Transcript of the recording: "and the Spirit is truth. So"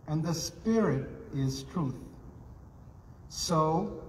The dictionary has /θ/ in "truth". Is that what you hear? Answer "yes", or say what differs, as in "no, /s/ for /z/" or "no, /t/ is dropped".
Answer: yes